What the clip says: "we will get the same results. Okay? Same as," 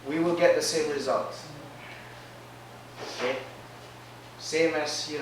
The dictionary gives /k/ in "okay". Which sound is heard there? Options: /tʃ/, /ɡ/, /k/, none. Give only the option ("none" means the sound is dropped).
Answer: none